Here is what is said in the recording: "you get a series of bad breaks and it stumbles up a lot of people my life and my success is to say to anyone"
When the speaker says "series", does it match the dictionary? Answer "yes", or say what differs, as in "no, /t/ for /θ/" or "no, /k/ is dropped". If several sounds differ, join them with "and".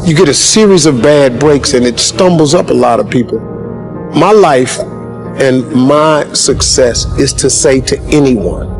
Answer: yes